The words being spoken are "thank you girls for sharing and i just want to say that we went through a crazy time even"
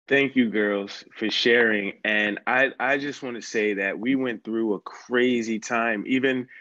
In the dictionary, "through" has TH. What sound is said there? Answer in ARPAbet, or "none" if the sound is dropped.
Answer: TH